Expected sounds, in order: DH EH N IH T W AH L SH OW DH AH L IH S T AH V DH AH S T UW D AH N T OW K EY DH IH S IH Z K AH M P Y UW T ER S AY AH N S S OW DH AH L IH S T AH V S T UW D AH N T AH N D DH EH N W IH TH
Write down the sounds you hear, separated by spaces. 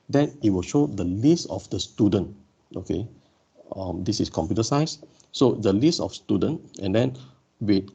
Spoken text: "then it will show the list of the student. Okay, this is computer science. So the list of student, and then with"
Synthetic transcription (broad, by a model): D EH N IH T W AH L SH OW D AH L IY S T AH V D AH S T UW D AH N T OW K EY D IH S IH S K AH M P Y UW T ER S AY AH S S OW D AH L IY S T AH F S T UW D AH N T AH N D EH N W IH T